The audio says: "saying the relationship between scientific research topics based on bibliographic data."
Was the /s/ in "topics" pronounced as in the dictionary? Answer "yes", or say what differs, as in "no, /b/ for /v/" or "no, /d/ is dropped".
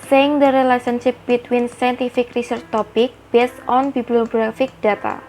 no, /s/ is dropped